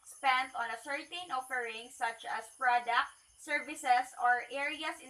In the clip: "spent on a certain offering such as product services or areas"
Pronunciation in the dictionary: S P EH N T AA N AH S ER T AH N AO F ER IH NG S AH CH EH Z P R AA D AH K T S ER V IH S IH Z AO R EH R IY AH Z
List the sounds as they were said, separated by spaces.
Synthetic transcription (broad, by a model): S P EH N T AA N AH S ER T AH N AO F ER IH NG S AH CH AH S P R AA D AH K T S ER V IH S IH S AO R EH R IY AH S